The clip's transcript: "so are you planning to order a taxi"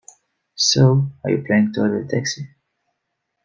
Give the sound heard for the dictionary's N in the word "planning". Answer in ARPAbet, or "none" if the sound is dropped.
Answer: none